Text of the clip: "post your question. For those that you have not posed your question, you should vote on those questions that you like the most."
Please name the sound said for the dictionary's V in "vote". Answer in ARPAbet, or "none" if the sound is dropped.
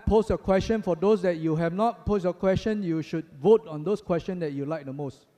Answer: V